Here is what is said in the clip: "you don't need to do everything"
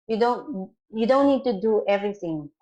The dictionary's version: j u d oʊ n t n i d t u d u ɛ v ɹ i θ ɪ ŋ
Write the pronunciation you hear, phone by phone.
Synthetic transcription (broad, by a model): j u d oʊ n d n i d t u d u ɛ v ɹ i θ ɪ ŋ